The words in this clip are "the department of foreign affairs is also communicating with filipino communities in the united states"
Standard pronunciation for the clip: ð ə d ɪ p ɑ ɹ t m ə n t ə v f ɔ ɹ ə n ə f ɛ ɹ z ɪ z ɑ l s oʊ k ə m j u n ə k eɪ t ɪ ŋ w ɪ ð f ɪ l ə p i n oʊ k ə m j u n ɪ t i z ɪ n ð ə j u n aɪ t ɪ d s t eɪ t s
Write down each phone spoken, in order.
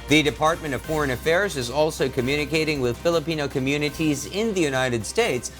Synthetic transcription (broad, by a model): ð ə d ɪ p ɑ ɹ t m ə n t ə v f ɔ ɹ ə n ə f ɛ ɹ z ɪ z ɑ l s oʊ k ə m j u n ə k eɪ t ɪ ŋ w ɪ ð f ɪ l ə p i n oʊ k ə m j u n ɪ t i z ɪ n ð ə j u n aɪ t ɪ d s t eɪ t s